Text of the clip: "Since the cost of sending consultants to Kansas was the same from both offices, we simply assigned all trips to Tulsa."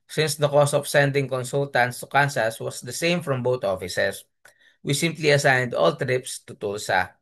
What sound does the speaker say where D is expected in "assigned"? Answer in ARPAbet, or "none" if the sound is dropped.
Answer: D